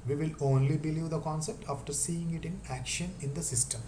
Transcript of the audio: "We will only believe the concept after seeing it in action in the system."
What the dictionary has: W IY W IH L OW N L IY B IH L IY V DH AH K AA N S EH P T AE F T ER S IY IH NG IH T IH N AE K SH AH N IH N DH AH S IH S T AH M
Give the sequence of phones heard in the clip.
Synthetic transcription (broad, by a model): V IY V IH L OW N L IY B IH L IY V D AH K AA N S EH P T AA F T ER S IY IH NG IH T IH N AE K SH AH N IH N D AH S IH S T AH M